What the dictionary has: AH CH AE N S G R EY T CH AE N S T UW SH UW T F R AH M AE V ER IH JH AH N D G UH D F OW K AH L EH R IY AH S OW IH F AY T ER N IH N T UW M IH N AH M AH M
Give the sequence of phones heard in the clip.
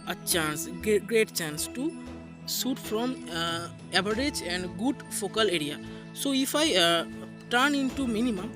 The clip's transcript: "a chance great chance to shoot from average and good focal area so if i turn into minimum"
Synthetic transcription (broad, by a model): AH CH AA N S G R EY T CH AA N S T UW S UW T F R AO M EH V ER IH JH AH N D G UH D F OW K AH L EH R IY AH S OW IH F AY T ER N IH N T UW M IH N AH M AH M